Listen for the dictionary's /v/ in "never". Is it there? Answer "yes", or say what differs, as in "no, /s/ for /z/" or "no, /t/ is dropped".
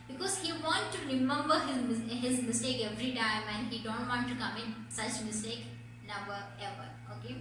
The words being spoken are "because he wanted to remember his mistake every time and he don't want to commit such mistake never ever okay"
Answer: no, /b/ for /v/